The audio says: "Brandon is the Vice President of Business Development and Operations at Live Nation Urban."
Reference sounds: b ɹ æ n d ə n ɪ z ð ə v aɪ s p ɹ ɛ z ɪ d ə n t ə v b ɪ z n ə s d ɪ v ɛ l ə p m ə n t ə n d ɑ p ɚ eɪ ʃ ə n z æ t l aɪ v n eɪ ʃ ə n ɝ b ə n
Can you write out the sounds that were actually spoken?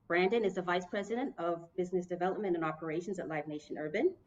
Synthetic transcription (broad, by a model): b ɹ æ n d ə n ɪ z ð ə v aɪ s p ɹ ɛ z ɪ d ə n t ə v b ɪ z n ə s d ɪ v ɛ l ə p m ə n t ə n ɑ p ɚ eɪ ʃ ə n z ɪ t l aɪ v n eɪ ʃ ə n ɝ b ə n